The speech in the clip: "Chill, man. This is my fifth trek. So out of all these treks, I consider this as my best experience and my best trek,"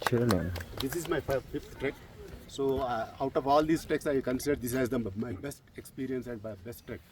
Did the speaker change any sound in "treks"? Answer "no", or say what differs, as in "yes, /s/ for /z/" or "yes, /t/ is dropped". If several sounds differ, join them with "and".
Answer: yes, /ɹ/ is dropped